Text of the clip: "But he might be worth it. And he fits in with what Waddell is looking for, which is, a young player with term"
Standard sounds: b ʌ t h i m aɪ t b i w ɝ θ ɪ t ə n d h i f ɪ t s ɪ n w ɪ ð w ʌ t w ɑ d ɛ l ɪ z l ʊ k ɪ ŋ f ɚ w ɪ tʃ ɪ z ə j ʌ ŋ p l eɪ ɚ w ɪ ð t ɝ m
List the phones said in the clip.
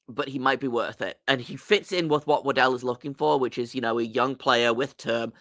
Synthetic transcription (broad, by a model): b ʌ t h i m aɪ t b i w ɝ θ ɪ t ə n i f ɪ t s ɪ n w ɪ ð w ʌ t w ɑ d ɛ l ɪ z l ʊ k ɪ ŋ f ɚ w ɪ tʃ ɪ z ə j ʌ ŋ p l eɪ ɚ w ɪ ð t ɝ m